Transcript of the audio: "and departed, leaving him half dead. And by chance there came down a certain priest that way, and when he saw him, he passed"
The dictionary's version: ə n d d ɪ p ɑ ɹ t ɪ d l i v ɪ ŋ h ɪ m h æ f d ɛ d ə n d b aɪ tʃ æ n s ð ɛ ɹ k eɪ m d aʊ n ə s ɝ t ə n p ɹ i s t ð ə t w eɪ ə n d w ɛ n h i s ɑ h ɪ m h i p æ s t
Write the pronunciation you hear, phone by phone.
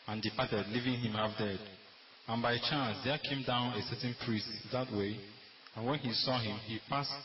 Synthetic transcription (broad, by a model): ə n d d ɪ p ɑ t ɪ d l i v ɪ ŋ h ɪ m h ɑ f d ɛ d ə n b aɪ tʃ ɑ n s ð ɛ k eɪ m d aʊ n ə s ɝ t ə n p ɹ i s t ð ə t w eɪ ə n w ɛ n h i s ɑ h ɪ m h i p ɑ s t